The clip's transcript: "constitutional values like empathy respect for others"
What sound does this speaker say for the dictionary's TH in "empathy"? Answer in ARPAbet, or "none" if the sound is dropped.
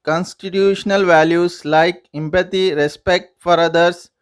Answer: T